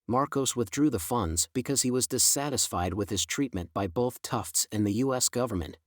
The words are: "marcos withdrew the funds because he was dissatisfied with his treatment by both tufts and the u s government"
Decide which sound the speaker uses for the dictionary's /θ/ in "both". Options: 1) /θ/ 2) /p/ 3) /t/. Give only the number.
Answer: 1